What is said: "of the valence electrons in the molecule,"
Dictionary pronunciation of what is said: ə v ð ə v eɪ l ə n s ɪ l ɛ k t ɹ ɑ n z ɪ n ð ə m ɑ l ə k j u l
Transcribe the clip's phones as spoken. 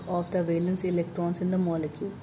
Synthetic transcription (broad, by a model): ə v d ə v eɪ l ə n s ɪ l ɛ k t ɹ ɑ n s ɪ n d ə m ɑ l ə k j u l